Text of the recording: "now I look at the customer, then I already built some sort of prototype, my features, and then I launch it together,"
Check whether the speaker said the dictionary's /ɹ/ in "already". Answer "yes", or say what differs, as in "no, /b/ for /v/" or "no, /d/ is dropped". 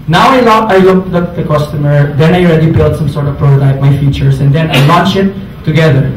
yes